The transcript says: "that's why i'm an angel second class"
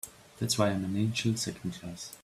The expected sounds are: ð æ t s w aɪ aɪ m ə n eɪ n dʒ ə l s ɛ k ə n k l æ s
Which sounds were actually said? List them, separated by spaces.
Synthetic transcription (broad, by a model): ð æ t s w aɪ aɪ m ə n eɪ n ʃ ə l s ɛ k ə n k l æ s